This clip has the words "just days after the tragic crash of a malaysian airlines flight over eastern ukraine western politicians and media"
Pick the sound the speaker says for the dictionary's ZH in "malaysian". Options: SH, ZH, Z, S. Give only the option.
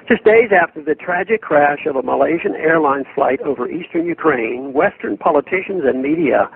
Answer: ZH